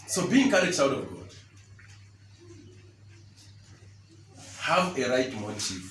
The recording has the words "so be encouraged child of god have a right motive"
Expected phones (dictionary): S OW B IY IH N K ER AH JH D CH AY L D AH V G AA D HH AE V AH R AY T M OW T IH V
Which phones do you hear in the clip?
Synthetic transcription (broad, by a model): S OW B IY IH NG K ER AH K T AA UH D AH V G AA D HH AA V AH R AY T M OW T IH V